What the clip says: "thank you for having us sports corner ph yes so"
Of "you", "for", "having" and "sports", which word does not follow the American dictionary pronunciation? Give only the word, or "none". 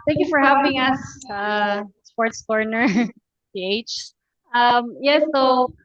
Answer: having